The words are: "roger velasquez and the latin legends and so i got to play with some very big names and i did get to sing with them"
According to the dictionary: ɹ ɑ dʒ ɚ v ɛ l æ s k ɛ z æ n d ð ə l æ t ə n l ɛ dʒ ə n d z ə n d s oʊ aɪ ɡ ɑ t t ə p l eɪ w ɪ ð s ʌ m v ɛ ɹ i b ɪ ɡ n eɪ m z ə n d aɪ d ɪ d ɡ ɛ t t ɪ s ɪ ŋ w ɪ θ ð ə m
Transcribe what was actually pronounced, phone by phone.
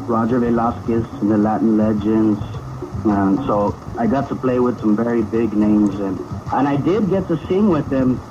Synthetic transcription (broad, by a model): ɹ ɑ dʒ ɚ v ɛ l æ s k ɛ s n ð ə l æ t n l ɛ dʒ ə n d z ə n s oʊ aɪ ɡ ɑ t t ə p l eɪ w ɪ ð s ʌ m v ɛ ɹ i b ɪ ɡ n eɪ m z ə n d aɪ d ɪ d ɡ ɛ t t ɪ s ɪ ŋ w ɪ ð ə m